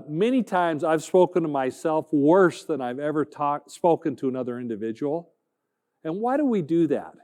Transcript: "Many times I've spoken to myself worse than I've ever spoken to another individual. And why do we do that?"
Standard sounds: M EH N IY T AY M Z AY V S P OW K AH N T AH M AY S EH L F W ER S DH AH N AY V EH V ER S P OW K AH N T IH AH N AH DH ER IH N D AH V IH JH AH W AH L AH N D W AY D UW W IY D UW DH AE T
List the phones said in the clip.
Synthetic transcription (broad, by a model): M EH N IY T AY M Z AY V S P OW K AH N T AH M AY S EH L F W ER S DH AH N AY V EH V ER S P OW K AH N T IH AH N AH DH ER IH N D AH V IH JH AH W L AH N W AY D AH W IY D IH DH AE T